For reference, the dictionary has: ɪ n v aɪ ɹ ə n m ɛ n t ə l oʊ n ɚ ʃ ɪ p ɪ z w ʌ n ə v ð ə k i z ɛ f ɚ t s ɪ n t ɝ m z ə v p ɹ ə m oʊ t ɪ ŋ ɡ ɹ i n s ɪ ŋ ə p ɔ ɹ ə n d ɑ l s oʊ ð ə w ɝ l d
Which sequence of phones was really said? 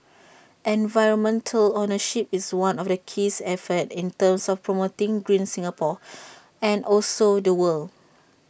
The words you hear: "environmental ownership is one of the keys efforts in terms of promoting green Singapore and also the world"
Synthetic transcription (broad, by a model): ɪ n v aɪ ɹ ə n m ɛ n t ə l oʊ n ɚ ʃ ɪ p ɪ s w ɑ n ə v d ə k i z ɛ f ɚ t ɪ n t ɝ m s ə f p ɹ ə m oʊ t ɪ ŋ ɡ ɹ i n s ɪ ŋ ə p ɔ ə n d ɑ l s oʊ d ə w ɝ l